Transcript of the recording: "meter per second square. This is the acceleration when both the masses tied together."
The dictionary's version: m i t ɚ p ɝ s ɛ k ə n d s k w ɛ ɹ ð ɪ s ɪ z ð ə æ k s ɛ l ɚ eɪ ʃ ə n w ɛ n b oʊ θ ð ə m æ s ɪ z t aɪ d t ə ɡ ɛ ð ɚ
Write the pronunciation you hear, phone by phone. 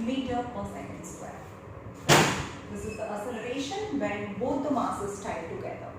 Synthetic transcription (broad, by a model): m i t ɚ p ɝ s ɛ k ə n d s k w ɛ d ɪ s ɪ z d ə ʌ s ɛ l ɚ eɪ ʃ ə n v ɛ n b oʊ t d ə m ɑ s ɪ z t aɪ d t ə ɡ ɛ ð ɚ